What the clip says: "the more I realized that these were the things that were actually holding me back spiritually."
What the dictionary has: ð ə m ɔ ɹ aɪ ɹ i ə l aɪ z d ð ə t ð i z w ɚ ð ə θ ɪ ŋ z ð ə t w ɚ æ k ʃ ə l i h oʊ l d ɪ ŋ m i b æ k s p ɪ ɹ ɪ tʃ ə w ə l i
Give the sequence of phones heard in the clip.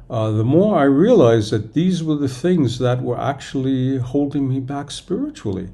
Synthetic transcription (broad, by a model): ð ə m ɔ ɹ aɪ ɹ i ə l aɪ z ð ə t ð i z w ɚ ð ə θ ɪ ŋ z ð ə t w ɚ æ k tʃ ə l i h oʊ l d ɪ ŋ m i b æ k s p ɪ ɹ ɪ tʃ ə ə l i